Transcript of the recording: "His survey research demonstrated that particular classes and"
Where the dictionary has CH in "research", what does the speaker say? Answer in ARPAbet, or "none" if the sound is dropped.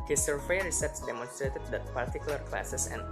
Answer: S